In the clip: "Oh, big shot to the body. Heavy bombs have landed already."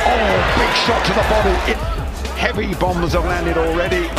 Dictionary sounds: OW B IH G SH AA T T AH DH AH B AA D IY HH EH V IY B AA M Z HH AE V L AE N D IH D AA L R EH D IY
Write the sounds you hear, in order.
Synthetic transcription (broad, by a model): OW B IH G SH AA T T AH DH AH B AA D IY HH EH V IY B AA M Z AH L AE N D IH D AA L R EH D IY